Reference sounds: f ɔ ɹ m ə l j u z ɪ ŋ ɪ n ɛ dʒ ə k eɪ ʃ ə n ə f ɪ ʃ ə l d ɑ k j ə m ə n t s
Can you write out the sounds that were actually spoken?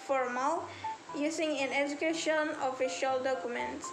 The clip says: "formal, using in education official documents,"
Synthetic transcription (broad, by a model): f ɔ ɹ m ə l j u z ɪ ŋ ɪ n ɛ dʒ ə k eɪ ʃ ə n ə f ɪ ʃ ə l d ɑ k j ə m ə n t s